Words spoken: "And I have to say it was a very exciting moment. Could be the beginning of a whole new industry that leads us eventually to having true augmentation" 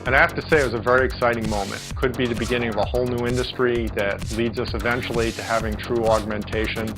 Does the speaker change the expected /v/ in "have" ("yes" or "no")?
yes